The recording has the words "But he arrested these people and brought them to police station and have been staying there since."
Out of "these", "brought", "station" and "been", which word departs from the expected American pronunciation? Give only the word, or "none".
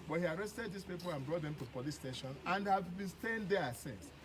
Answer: these